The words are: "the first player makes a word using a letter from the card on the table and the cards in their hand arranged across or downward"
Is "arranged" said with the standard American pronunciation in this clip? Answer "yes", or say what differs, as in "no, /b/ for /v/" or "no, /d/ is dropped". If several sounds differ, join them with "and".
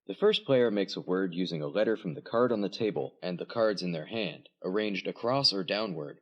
yes